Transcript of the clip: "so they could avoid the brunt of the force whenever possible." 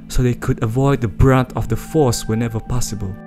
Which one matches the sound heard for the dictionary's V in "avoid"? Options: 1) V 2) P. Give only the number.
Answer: 1